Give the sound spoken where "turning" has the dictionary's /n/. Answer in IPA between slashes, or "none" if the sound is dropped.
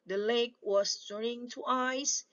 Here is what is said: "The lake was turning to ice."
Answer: none